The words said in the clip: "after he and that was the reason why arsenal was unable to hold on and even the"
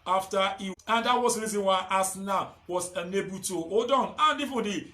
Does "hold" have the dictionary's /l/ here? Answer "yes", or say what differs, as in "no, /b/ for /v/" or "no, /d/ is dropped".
no, /l/ is dropped